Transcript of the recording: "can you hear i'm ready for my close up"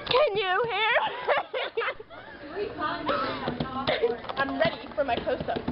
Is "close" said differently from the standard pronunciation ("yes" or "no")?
yes